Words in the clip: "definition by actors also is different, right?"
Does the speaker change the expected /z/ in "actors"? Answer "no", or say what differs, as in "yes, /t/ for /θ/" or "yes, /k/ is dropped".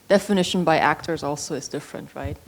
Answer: no